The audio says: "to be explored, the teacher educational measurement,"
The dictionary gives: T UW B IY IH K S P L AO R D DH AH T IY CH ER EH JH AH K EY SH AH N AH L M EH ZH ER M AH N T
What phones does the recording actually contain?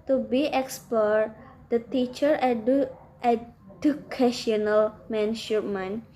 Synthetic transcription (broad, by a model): T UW B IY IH K S P AO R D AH T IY CH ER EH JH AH K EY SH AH N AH L M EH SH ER M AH N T